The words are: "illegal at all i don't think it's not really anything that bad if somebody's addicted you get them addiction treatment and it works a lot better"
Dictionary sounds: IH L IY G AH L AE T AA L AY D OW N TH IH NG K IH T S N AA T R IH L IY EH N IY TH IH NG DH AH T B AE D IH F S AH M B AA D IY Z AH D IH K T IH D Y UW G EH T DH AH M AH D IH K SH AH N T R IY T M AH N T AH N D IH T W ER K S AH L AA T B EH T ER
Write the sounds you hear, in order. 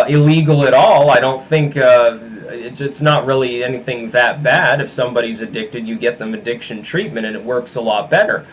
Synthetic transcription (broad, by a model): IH L IY G L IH T AA L AY D OW N TH IH NG K IH T S N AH T R IH L IY EH N IY TH IH NG DH AH T B AE D IH F S AH M B AA D IY Z AH D IH K T IH D Y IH G EH T DH AH M AH D IH K SH AH N T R IY T M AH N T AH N IH T W ER K S AH L AA T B EH T ER